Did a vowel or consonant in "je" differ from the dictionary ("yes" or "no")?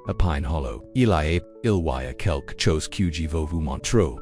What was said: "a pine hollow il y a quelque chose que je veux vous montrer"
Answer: no